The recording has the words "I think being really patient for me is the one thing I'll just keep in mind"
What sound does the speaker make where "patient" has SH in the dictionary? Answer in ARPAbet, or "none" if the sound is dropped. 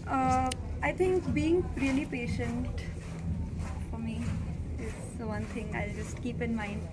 SH